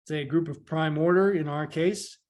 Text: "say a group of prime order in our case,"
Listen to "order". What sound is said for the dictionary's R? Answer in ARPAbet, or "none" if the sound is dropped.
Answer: R